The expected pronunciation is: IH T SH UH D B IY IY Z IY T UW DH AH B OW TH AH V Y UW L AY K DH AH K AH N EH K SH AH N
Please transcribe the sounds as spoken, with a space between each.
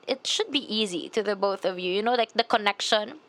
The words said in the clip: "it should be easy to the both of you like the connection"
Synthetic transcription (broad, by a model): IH T SH UH D B IY IY Z IY T UW DH AH B OW TH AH V Y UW L AY K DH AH K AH N EH K SH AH N